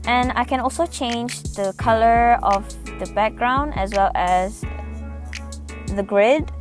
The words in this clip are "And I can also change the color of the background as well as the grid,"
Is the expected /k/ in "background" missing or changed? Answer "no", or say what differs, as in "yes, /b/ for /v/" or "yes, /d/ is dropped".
no